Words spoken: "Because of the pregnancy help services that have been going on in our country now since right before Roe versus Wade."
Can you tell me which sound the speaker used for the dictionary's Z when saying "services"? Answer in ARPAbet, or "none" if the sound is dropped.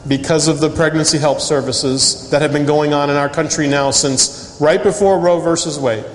Z